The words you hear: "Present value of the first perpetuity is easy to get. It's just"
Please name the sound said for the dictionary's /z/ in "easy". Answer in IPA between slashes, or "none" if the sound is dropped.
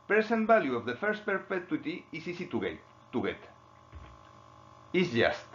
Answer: /s/